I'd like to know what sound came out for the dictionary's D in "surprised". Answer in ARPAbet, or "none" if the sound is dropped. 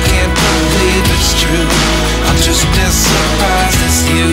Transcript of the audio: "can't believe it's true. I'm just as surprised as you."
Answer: none